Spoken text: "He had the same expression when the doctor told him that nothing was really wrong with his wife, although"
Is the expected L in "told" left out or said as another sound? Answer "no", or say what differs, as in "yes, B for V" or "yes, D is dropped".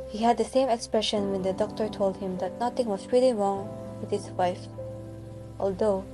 no